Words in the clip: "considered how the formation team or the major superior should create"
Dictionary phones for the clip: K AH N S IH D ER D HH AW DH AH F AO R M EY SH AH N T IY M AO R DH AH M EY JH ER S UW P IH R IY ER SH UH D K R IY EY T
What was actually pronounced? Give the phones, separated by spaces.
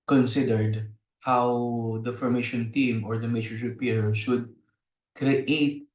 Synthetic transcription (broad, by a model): K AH N S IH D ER D HH AW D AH F AO R M EY SH AH N T IY M AO R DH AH M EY CH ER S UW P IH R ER SH UH D K R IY EY T